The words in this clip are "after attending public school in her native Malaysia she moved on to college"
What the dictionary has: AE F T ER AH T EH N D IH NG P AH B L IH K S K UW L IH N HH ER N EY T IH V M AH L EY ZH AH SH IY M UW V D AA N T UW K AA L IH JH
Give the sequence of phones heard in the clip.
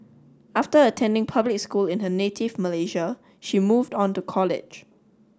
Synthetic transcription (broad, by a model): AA F T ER AH T EH N D IH NG P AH B L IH K S K UW L IH N HH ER N EY T IH V M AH L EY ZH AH SH IY M UW V D AA N T UW K AA L IH JH